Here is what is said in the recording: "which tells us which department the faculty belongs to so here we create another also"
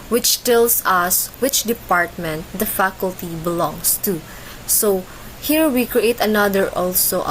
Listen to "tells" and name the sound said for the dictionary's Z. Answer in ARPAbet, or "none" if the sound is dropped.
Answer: S